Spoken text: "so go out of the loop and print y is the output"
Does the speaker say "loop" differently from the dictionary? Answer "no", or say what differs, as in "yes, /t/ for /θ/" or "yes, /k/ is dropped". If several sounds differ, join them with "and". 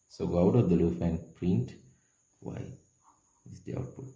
yes, /f/ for /p/